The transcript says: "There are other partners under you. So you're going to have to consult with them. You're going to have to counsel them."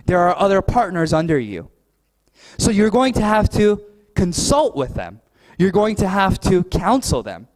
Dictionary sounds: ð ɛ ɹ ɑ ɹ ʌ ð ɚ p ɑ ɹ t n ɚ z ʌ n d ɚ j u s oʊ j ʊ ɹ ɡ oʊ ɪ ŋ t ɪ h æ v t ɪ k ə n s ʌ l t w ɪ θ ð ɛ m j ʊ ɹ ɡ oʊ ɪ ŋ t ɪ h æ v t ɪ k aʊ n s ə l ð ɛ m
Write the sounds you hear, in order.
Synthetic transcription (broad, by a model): ð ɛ ɹ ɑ ɹ ʌ ð ɚ p ɑ ɹ t n ɚ z ʌ n d ɚ j u s oʊ j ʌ ɹ ɡ oʊ ɪ ŋ t ɪ h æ f t ɪ k ə n s ʌ l t w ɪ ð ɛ m j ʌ ɹ ɡ oʊ ɪ ŋ t ɪ h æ f t ɪ k aʊ n s l ð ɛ m